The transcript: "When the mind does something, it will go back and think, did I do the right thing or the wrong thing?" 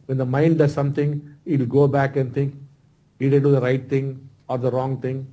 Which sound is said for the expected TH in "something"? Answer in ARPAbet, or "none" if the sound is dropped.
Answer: T